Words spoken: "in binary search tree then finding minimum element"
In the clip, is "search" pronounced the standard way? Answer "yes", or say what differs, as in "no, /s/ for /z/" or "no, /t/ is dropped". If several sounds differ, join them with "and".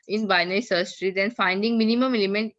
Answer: no, /s/ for /tʃ/